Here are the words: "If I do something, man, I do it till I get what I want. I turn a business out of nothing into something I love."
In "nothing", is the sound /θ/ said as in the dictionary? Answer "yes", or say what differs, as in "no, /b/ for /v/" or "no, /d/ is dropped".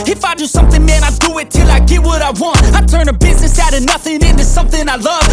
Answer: yes